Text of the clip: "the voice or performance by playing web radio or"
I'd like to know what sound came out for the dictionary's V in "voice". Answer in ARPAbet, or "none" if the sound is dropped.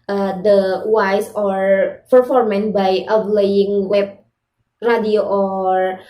W